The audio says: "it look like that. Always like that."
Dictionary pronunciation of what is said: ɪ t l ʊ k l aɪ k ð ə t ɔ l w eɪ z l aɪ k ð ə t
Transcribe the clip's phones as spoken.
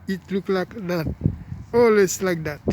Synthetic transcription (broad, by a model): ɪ t l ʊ k l aɪ k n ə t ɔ l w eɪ s l aɪ k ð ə t